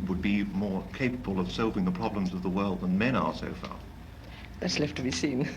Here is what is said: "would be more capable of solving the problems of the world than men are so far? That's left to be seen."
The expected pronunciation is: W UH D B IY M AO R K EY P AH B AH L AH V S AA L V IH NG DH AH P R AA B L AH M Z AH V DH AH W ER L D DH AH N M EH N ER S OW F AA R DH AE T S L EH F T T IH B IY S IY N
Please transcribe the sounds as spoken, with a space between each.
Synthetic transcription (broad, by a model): W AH D B IY M AO R K EY P AH B AH L AH V S AA L V IH NG DH AH P R AA B L AH M Z AH V DH AH W ER L D DH AH N M EH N ER S OW F AA R DH AE T S L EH F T T IH B IY S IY N